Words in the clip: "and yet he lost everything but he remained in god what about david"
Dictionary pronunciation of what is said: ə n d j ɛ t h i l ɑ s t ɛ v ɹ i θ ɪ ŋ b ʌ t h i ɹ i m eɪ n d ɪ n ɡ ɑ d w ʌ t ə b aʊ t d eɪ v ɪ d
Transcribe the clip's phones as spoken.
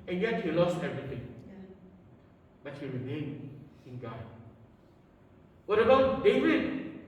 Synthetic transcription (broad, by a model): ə n j ɛ t h i l ɑ s t ɛ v ɹ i t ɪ ŋ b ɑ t h i ɹ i m eɪ n ɪ n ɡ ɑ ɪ w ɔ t ə b aʊ t d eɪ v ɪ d